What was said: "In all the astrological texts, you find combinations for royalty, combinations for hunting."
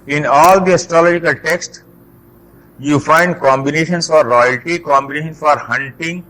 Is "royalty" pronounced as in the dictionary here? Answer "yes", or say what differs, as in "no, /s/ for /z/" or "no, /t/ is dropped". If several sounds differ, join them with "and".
yes